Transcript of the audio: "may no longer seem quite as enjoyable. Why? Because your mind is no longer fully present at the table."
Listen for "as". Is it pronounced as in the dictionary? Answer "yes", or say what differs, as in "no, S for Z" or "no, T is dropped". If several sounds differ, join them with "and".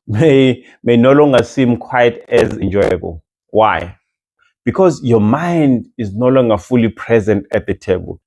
yes